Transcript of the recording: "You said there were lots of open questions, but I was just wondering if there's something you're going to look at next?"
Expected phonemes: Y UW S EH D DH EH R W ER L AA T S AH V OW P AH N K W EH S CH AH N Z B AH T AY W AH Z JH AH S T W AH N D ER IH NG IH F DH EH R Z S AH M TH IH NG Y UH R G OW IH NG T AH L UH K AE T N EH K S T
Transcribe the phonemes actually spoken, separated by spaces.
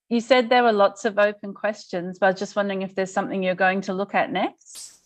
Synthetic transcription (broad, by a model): Y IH S EH D DH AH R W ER L AA T S AH V OW P AH N K W EH S CH AH N Z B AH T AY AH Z JH AH S T W AH N D ER IH NG IH F DH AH R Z S AH M TH IH NG Y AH R G OW IH NG T AH L UH K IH T N EH K S T